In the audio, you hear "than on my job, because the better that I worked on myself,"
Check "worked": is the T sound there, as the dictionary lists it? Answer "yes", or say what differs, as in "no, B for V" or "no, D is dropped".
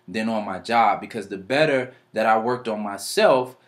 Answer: yes